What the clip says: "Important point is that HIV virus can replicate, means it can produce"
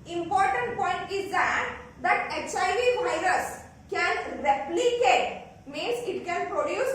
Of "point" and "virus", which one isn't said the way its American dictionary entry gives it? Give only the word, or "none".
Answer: none